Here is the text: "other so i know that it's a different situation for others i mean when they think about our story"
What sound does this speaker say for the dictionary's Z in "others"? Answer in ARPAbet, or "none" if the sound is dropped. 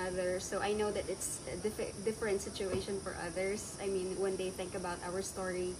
S